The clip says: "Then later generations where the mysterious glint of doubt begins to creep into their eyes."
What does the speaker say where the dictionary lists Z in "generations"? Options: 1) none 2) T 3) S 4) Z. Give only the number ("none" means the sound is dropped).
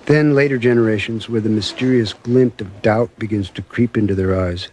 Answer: 4